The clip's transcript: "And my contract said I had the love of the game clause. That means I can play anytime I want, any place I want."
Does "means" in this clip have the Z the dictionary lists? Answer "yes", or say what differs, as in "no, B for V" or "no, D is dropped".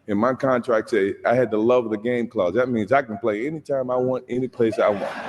yes